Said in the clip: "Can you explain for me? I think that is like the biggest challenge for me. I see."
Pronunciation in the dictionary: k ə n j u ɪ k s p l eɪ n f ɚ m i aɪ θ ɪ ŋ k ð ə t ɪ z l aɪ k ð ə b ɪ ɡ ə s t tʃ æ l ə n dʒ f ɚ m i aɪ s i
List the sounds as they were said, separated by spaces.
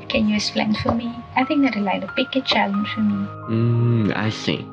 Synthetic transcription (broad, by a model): k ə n j u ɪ s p l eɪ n f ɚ m i aɪ θ ɪ ŋ k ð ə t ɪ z l aɪ k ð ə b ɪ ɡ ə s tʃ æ l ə n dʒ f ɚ m i aɪ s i